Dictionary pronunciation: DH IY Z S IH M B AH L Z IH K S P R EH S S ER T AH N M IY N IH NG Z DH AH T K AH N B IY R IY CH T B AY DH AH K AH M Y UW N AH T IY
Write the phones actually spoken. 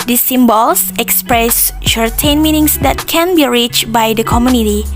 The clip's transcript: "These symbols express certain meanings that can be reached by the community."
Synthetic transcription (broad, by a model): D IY S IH M B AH L S IH K S P R EH S SH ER T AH N M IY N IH NG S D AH T K AH N B IY R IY CH B AY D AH K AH M Y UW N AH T IY